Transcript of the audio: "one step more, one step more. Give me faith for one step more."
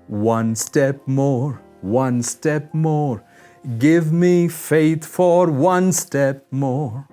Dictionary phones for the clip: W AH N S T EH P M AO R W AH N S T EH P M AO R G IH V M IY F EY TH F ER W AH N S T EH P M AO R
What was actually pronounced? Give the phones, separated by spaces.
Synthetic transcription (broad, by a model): W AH N S T EH P M AO R W AH N S T EH P M AO R G IH V M IY F EY TH F ER W AH N S T EH P M AO R